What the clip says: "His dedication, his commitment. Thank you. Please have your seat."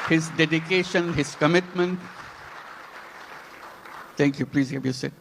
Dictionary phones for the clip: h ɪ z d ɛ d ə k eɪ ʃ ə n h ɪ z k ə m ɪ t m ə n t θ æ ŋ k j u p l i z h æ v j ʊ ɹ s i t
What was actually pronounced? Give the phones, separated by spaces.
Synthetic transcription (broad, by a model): h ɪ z d ɛ d ə k eɪ ʃ ə n h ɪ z k ə m ɪ t m ə n t t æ ŋ k j u p l i z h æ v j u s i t